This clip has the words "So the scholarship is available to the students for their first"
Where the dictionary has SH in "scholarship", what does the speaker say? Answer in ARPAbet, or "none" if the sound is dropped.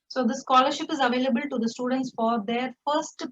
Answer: SH